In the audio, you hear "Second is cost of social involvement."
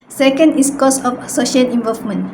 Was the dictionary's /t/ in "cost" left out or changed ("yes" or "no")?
yes